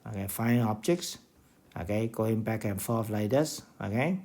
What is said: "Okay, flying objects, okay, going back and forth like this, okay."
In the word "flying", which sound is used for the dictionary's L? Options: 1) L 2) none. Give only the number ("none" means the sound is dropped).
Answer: 2